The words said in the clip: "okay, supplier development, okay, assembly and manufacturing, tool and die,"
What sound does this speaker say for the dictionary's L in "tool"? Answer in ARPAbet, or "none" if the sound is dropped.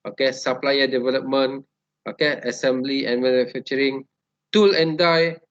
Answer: L